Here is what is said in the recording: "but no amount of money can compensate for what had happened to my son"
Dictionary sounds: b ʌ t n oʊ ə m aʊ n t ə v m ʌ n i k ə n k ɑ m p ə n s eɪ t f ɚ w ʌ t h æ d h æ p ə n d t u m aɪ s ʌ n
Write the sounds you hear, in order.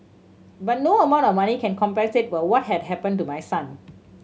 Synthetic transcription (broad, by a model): b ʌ t n oʊ ə m aʊ n t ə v m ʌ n i k ə n k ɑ m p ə s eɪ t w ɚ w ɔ t h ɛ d h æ p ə n t u m aɪ s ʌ n